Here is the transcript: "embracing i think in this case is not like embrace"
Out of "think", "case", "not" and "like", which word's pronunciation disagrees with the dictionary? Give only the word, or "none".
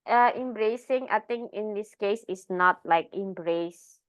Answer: think